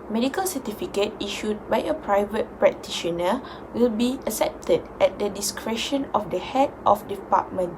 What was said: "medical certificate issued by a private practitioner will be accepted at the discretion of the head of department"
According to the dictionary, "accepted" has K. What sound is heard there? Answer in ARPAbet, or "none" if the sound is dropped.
none